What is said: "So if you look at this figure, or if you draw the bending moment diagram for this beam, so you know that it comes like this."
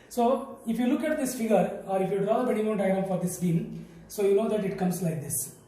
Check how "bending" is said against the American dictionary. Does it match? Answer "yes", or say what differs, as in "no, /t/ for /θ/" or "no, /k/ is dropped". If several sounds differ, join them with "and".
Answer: no, /n/ is dropped